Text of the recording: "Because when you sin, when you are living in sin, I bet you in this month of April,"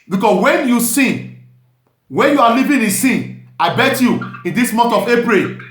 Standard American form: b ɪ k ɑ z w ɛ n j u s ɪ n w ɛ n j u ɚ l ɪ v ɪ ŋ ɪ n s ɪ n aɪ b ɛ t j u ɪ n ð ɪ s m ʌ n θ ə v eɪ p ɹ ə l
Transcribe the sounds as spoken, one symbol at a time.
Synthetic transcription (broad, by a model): b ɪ k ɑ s w ɛ n j u s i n w ɛ n j u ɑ l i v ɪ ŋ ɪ s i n aɪ b ɛ t j u ɪ n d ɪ s m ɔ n t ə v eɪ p ɹ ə l